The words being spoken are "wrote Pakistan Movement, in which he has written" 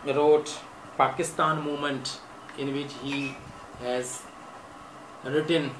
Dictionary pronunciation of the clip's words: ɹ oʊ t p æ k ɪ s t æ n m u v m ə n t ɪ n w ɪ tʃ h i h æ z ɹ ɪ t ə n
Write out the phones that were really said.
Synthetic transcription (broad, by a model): ɹ oʊ t p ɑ k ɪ s t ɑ n m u m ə n t ɪ n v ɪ tʃ h i h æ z ɹ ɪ t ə n